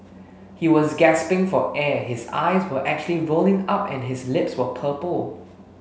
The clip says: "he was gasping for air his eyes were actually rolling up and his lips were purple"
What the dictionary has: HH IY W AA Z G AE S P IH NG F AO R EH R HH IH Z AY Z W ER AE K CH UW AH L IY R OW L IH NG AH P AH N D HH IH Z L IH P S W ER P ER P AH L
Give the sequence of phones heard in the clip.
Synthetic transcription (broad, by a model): HH IY W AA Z G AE S P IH NG F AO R EH HH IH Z AY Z W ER AE K CH UW AH L IY R OW L IH NG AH P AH N HH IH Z L IH P S W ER P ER P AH L